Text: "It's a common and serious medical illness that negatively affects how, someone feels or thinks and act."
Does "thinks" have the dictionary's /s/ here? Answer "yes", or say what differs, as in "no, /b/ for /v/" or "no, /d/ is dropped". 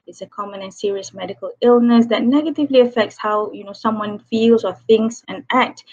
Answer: yes